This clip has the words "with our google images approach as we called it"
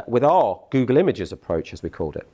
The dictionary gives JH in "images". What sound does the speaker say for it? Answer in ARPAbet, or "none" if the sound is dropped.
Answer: JH